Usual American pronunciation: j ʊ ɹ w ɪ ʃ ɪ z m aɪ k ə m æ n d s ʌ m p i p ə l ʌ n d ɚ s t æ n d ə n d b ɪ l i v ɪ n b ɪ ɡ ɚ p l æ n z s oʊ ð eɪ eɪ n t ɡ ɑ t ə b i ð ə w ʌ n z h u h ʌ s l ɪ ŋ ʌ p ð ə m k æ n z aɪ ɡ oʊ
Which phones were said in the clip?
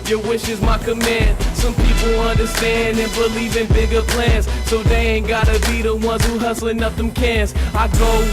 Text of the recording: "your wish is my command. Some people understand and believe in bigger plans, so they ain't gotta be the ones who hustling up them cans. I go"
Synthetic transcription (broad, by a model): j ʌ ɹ w ɪ ʃ ɪ z m aɪ k ə m æ n d s ʌ m p i p l ʌ n d ɚ s t æ n d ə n b ɪ l i v ɪ n b ɪ ɡ ɚ p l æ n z s oʊ ð eɪ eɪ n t ɡ ɑ t ə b i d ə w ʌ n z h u h ʌ s l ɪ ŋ ʌ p ð ə m k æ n s aɪ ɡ oʊ